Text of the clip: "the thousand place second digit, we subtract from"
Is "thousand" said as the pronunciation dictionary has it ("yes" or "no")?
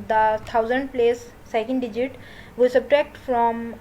no